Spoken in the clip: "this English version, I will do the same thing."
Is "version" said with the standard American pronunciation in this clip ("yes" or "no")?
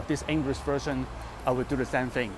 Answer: no